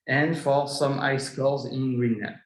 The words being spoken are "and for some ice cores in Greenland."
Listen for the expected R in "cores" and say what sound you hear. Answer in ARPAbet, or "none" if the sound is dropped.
L